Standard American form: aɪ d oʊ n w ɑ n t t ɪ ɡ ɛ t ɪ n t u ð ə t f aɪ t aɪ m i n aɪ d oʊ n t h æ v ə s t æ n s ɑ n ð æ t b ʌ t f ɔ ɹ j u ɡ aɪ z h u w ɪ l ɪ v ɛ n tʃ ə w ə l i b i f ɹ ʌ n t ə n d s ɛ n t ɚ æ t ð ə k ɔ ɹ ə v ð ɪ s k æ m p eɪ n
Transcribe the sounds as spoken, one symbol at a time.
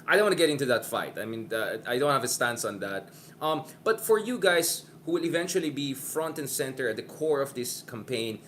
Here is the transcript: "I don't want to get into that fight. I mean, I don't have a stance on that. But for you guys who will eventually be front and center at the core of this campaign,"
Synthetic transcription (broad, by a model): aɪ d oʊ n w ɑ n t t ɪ ɡ ɛ t ɪ n t u ð ə t f aɪ t aɪ m i n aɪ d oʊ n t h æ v ə s t æ n s ɑ n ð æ t b ʌ t f ɔ ɹ j u ɡ aɪ s h u w ɪ l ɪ v ɛ n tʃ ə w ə l i b i f ɹ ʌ n t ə n s ɛ n t ɚ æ t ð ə k ɔ ɹ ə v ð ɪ s k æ m p eɪ n